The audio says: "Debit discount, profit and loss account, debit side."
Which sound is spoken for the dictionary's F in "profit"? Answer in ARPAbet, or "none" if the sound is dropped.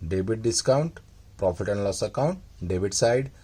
P